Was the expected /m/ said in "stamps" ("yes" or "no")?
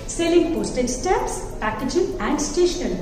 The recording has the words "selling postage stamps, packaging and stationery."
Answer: no